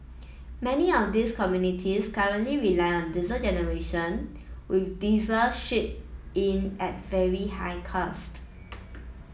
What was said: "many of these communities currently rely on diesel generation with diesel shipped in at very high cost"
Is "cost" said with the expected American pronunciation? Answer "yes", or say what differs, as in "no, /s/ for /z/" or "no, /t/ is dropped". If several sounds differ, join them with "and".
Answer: yes